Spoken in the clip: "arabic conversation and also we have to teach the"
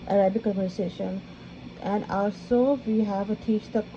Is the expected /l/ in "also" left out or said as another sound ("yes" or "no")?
no